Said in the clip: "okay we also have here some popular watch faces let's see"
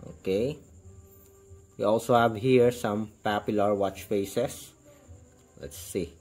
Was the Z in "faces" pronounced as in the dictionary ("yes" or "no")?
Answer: no